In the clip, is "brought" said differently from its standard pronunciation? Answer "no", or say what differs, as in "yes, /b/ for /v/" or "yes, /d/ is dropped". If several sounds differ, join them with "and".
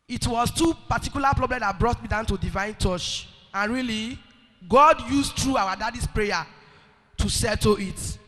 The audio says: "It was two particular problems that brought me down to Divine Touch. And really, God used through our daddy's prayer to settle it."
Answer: no